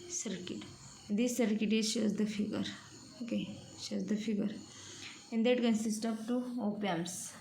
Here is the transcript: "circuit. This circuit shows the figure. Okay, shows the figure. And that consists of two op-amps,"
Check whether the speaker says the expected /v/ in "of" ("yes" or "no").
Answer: no